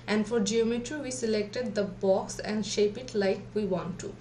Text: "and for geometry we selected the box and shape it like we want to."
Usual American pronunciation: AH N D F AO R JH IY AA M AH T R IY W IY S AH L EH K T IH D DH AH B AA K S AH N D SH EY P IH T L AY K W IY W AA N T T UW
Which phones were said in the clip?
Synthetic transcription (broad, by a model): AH N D F AO R JH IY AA M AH T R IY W IY S AH L EH K T IH D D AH B AA K S AH N D SH EY P IH T L AY K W IY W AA N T T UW